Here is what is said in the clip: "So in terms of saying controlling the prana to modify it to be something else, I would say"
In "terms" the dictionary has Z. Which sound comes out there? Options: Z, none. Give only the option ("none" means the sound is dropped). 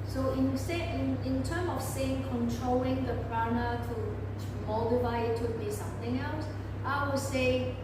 none